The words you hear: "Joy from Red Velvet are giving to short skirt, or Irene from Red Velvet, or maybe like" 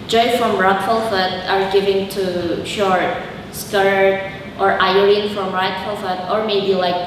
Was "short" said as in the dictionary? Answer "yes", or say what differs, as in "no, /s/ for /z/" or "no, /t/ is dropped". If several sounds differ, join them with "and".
yes